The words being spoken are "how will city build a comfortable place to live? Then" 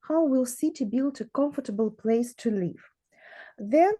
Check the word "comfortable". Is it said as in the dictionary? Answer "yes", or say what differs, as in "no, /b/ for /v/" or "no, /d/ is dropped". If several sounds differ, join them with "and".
yes